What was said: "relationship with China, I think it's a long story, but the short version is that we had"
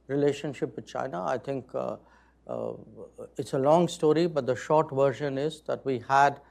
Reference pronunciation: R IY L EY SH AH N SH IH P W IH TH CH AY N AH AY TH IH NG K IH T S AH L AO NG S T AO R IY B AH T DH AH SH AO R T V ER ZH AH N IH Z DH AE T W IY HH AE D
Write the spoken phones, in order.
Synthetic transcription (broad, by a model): R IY L EY SH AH N SH IH P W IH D CH AY N AH AY T IH NG K IH T S AH L AO NG S T AO R IY B AH T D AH SH AO R T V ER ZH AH N IH Z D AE T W IY HH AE D